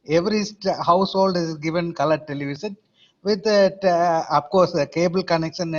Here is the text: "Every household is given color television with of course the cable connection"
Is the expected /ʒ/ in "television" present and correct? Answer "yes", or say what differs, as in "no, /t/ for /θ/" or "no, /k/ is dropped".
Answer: no, /ʃ/ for /ʒ/